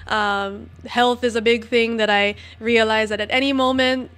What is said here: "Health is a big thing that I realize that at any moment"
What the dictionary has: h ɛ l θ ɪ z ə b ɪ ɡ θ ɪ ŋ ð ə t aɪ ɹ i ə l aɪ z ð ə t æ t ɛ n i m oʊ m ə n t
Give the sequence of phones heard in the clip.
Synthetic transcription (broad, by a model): h ɛ l θ ɪ z ə b ɪ ɡ θ ɪ ŋ ð ə t aɪ ɹ i ə l aɪ z ð ə t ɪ t ɛ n i m oʊ m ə n t